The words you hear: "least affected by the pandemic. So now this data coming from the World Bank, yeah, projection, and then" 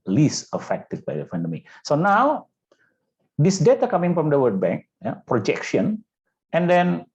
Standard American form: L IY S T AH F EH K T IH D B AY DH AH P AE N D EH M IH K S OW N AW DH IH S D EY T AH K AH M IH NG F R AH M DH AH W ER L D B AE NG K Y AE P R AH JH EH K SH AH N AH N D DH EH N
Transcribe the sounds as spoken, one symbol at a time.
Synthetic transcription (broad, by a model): L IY S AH F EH K T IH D B AY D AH F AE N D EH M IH S OW N AW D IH S D EY T AH K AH M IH NG F R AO M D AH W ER D B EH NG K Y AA P R AH JH EH K SH AH N AH N D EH N